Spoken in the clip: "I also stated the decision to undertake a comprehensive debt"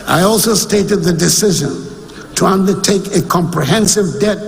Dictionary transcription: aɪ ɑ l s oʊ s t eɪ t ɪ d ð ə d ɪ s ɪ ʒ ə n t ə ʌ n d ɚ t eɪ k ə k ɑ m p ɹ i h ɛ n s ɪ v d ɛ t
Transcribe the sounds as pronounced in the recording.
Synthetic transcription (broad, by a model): aɪ ɑ l s oʊ s t eɪ t ɪ d ð ə d ɪ s ɪ ʒ ə n t ə ʌ n d ɚ t eɪ k ə k ɑ m p ɹ i h ɛ n s ɪ v d ɛ t